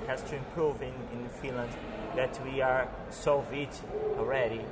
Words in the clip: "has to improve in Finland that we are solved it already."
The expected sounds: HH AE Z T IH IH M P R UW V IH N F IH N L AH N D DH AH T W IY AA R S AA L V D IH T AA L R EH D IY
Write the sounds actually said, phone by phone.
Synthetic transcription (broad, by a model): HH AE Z T IH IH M P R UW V IH N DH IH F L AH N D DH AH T W IY AA R S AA V IH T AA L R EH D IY